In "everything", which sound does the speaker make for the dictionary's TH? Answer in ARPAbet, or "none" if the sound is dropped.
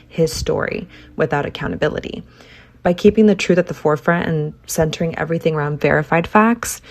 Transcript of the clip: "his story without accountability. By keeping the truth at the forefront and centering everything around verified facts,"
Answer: TH